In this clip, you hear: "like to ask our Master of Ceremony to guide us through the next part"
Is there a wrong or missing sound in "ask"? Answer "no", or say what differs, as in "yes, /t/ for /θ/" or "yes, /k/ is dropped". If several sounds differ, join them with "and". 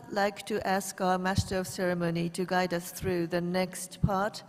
no